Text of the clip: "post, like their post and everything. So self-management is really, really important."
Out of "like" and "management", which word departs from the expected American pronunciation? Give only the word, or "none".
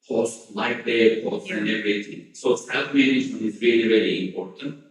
management